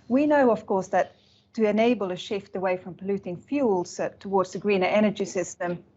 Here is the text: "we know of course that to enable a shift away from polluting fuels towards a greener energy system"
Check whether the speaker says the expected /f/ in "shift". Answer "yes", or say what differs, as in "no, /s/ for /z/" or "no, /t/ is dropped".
yes